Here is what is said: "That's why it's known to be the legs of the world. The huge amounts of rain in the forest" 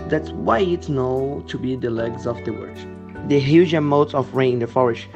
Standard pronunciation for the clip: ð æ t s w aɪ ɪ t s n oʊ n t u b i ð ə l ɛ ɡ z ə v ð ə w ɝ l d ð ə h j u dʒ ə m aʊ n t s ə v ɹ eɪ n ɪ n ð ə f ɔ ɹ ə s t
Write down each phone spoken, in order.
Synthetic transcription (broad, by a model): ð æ t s w aɪ ɪ t s n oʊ t u b i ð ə l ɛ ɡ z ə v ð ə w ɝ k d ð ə h j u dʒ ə m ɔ t ə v ɹ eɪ ɪ n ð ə f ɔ ɹ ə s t